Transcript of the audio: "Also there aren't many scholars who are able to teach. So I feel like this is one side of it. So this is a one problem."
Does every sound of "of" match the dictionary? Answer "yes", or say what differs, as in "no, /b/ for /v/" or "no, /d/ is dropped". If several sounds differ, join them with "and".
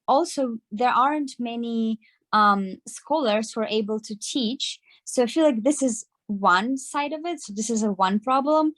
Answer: yes